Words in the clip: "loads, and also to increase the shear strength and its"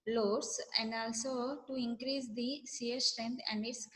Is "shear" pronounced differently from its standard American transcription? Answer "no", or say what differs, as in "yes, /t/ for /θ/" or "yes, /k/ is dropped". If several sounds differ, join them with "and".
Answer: yes, /s/ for /ʃ/